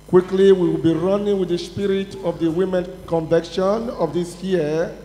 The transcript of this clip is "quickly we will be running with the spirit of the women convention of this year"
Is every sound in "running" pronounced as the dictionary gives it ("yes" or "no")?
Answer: yes